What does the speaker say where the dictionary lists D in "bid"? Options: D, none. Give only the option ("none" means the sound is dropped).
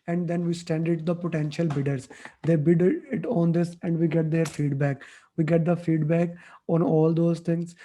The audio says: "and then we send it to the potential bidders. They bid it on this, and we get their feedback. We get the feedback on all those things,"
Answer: D